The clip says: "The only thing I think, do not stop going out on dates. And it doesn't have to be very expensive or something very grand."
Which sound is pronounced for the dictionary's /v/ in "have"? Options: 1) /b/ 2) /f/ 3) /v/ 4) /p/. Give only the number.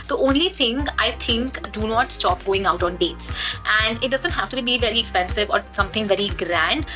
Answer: 2